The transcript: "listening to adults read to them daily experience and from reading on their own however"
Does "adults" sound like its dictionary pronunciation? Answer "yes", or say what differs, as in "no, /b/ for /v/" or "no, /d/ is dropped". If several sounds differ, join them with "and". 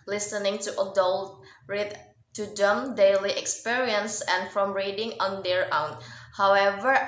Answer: no, /s/ is dropped